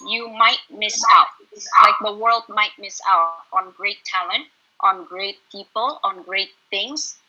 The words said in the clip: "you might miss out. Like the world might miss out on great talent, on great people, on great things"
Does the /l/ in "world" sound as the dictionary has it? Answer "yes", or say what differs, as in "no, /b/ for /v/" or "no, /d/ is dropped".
yes